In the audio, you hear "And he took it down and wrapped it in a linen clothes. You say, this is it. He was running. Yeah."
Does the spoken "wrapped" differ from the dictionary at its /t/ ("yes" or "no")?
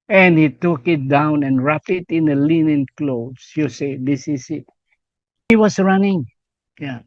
yes